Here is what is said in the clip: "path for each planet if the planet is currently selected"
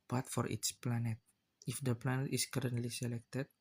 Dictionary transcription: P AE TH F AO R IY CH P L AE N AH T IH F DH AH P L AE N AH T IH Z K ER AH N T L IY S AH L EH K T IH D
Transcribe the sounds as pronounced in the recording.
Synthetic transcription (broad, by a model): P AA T F AO R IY S P L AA N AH T IH F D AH P L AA N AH T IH S K ER AH N T L IY S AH L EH K T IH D